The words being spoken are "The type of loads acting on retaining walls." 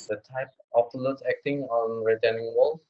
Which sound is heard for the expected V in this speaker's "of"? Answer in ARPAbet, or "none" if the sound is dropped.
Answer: P